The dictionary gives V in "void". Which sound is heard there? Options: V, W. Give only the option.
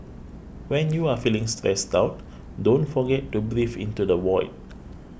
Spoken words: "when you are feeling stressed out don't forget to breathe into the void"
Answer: W